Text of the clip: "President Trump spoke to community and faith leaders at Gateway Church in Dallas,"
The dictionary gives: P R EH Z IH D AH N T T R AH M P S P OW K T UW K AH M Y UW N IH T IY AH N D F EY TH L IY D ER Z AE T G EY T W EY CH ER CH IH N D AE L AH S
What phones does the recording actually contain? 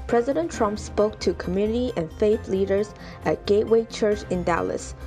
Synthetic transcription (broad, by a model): P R EH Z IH D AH N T T R AH M P S P OW K T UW K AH M Y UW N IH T IY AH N F EY TH L IY D ER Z AE T G EY T W EY CH ER CH IH N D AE L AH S